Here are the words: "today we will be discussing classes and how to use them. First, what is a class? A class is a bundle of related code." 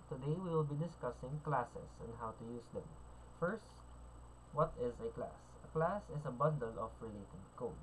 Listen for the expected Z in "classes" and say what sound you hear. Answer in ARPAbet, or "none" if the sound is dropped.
S